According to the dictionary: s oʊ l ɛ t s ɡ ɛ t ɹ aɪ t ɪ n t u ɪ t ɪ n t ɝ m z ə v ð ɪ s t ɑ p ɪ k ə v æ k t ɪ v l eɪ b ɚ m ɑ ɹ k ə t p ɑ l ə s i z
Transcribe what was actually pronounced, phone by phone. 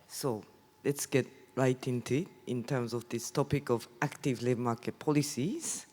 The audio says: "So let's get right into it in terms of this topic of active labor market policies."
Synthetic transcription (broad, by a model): s oʊ l ɛ t s ɡ ɛ t ɹ aɪ t ɪ n t u ɪ t ɪ n t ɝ m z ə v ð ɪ s t ɑ p ɪ k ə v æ k t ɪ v l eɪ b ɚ m ɑ k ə t p ɑ l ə s i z